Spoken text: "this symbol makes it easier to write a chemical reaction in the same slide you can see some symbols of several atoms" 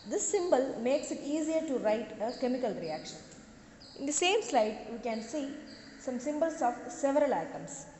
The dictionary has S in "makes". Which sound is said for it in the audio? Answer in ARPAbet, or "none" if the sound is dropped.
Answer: S